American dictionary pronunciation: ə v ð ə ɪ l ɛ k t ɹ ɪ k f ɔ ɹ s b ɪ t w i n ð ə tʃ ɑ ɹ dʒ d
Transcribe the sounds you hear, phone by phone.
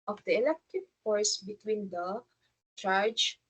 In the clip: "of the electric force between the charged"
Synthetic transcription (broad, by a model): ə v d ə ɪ l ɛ k t ɪ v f ɔ ɹ s b ɪ t w i n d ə tʃ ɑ ɹ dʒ